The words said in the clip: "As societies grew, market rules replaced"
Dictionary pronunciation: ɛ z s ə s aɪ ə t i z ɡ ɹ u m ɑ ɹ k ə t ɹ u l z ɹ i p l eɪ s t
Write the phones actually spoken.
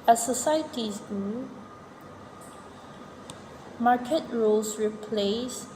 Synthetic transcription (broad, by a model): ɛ s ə s aɪ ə t i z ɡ u m ɑ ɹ k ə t ɹ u l s ɹ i p l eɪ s